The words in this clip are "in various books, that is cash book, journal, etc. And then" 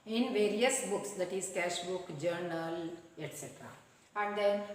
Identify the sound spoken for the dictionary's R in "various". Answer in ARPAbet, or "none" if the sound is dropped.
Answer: R